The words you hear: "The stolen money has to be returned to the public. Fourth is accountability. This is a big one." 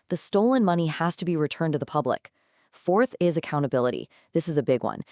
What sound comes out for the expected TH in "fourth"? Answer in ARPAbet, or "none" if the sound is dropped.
TH